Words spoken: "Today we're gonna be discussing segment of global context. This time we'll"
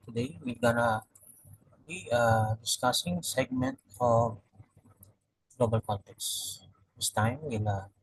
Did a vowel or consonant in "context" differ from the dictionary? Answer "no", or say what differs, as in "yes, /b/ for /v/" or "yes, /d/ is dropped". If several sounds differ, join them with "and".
yes, /l/ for /n/